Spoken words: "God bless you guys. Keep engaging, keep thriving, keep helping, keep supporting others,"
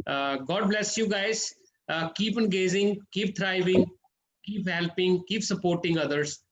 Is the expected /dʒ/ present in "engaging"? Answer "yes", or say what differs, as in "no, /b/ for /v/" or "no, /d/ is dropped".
no, /z/ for /dʒ/